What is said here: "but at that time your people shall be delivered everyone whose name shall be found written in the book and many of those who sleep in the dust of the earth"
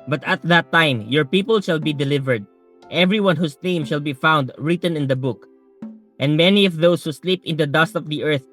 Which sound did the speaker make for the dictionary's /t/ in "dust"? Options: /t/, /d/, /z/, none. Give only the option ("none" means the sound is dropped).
/t/